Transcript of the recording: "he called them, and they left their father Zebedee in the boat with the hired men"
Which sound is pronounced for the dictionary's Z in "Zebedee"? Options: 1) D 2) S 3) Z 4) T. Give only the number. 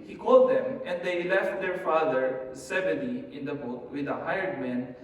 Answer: 2